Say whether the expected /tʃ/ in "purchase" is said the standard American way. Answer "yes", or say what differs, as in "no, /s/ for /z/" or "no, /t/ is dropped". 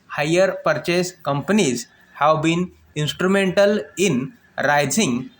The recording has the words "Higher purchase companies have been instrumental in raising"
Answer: yes